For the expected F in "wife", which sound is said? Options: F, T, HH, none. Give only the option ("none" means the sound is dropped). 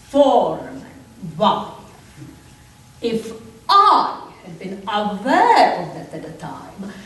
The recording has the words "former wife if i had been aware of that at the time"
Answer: none